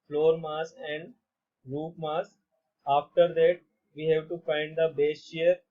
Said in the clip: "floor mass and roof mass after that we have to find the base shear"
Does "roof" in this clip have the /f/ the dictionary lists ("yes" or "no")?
no